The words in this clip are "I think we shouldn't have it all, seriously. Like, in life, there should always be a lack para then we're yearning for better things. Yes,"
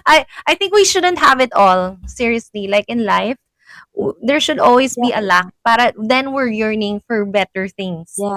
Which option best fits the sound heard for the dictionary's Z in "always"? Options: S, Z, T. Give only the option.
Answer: S